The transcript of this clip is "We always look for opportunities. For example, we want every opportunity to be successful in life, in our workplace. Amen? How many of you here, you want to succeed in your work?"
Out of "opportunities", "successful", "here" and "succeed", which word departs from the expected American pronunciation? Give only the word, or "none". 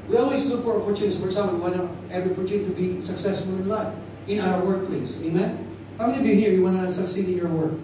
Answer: opportunities